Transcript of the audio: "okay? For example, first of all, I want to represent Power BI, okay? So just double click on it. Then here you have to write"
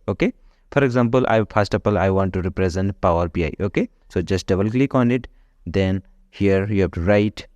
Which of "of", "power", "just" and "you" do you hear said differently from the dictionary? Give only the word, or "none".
of